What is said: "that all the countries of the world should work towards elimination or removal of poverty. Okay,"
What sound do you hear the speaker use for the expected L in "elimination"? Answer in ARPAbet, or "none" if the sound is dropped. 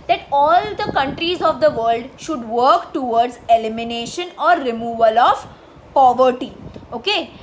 L